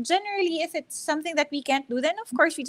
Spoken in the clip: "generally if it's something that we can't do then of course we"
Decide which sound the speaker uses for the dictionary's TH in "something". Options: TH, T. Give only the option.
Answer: TH